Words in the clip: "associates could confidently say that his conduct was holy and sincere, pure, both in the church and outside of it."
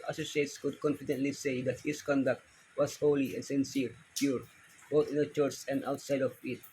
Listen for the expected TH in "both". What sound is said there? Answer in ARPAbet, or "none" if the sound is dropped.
T